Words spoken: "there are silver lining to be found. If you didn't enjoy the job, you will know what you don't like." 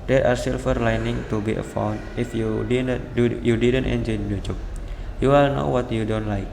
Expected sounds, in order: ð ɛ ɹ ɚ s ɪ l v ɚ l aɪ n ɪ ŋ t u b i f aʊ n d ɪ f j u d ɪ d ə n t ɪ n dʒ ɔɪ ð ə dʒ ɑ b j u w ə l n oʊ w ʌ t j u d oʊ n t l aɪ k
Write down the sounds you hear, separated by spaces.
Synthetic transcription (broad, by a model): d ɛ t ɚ s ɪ l f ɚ l aɪ n ɪ ŋ t u b i f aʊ n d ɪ f j u d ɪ d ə n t ɪ n dʒ ɔɪ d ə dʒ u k j u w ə l n oʊ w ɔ t j u d oʊ n t l aɪ k